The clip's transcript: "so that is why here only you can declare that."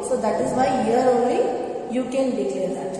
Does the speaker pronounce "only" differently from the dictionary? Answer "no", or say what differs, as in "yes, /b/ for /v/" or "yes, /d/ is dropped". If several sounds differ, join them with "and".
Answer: yes, /n/ is dropped